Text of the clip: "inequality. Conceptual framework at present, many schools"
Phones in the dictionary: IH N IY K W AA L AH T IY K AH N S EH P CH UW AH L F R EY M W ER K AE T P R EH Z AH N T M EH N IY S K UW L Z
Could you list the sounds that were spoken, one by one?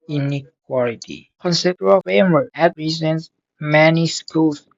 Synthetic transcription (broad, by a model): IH N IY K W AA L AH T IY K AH N S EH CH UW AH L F EY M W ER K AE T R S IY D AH N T M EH N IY S K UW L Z